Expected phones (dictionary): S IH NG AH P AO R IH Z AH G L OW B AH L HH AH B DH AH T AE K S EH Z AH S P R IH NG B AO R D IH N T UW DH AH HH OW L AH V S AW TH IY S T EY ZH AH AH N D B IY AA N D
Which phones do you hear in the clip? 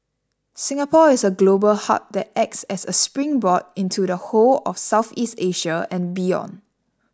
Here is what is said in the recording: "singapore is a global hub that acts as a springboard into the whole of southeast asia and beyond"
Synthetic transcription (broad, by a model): S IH NG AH P AO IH S AH G L OW B AH L HH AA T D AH T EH K S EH S AH S P R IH NG B AO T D IH N T UW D AH HH OW L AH F S AW TH IY S T EY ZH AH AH N B IY AA N